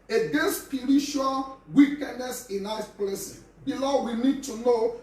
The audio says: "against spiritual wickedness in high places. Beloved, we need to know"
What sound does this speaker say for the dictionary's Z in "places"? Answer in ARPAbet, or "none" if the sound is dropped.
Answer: none